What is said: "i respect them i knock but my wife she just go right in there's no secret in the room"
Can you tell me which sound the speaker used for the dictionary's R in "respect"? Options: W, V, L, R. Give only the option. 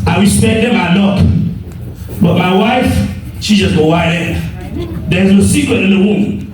W